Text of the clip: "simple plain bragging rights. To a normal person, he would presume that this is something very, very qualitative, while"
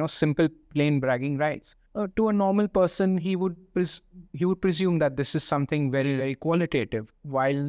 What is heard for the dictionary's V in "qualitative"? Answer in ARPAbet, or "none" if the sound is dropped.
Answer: V